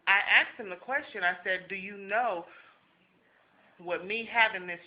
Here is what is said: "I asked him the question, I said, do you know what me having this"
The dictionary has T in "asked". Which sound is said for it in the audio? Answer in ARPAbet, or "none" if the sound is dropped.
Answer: T